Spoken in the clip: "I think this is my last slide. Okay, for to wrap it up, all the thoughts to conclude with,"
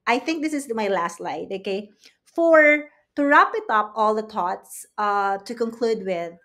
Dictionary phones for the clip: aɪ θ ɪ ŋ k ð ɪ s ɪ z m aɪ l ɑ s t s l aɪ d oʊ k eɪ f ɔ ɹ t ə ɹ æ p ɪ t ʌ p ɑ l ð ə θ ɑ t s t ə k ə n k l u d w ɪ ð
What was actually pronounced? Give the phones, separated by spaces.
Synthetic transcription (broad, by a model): aɪ θ ɪ ŋ k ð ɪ s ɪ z m aɪ l ɑ s t l aɪ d oʊ k eɪ f ɔ ɹ t ə ɹ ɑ p ɪ t ʌ p ɑ l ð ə t ɑ t s t ə k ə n k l u d w ɪ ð